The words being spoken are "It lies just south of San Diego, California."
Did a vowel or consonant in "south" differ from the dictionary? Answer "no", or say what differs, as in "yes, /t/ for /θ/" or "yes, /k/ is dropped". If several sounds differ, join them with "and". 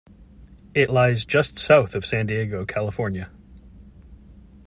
no